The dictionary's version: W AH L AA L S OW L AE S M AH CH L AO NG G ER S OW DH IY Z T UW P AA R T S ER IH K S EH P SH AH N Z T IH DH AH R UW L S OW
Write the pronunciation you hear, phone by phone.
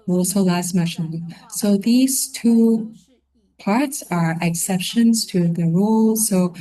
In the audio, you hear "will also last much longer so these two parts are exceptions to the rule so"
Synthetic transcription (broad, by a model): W AA L S OW L AE S M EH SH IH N S OW DH IY Z T UW P AA R T S ER IH K S EH P SH AH N Z T IH DH AH R UW L S OW